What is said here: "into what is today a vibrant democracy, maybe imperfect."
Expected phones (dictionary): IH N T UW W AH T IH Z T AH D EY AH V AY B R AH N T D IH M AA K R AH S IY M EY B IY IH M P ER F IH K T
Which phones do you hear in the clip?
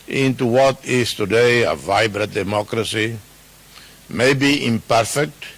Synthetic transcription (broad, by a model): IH N T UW W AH T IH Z T AH D EY AH V AY B R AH T D IH M AA K R AH S IY M EY B IY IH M P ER F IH K T